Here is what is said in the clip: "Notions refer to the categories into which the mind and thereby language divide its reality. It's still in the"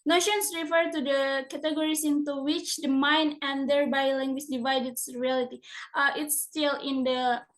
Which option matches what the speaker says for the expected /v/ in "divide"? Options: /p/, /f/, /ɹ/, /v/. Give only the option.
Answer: /v/